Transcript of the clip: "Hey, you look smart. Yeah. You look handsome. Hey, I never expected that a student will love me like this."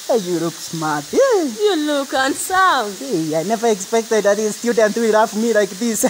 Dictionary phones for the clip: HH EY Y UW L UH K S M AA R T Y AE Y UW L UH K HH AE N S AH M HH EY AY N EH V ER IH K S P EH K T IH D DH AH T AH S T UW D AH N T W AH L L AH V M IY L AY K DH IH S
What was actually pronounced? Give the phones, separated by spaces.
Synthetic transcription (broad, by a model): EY Y UW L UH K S M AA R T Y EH Y UW L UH K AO N S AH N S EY AY N EH V ER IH K S P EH K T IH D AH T AH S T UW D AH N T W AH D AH F M IY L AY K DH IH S